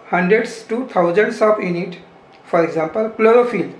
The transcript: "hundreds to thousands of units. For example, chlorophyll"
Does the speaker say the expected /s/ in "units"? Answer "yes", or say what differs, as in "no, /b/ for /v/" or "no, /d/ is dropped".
no, /s/ is dropped